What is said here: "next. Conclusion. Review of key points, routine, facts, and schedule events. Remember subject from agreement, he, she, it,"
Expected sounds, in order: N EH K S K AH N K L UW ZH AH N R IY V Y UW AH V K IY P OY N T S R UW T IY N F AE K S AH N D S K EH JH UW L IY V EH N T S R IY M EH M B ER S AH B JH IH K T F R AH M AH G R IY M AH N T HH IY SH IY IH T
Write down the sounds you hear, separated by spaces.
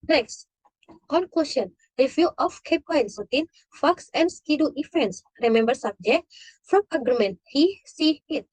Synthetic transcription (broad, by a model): N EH K S K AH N K L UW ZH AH N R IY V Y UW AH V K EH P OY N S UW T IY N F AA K S AH N D S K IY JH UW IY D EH N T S R IY M EH M B ER S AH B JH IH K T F R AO M AH G R IY M AH N T HH IY S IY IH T